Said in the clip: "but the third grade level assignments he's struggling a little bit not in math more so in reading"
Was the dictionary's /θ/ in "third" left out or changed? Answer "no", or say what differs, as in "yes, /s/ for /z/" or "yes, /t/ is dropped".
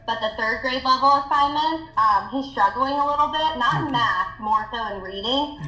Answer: no